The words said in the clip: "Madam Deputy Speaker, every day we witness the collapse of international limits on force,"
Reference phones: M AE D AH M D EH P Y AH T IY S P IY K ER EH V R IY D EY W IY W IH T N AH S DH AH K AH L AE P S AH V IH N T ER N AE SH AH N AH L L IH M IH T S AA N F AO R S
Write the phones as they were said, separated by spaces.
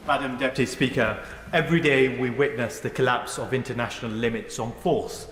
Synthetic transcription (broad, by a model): M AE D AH M D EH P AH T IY S P IY K ER EH V R IY D EY W IY W IH T N AH S DH AH K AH L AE P S AH V IH N T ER N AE SH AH N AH L L IH M IH T S N F AO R S